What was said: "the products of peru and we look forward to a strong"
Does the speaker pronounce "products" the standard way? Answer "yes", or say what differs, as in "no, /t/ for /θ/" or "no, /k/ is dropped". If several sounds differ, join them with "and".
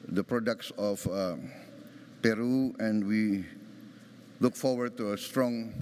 yes